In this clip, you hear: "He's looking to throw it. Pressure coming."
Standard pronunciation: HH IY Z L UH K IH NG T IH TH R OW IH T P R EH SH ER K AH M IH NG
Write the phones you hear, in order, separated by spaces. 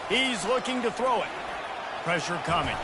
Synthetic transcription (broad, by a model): HH IY Z L UH K IH NG T IH TH R OW IH T P R EH SH ER K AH M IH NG